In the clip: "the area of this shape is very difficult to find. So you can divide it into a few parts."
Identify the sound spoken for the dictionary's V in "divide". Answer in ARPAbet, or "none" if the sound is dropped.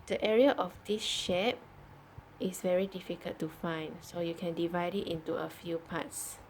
V